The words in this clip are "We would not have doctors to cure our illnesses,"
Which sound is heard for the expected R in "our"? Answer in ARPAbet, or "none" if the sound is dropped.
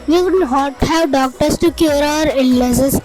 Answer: R